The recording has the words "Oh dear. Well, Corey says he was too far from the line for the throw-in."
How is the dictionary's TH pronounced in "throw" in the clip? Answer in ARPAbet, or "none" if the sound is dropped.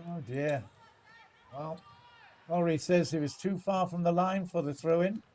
TH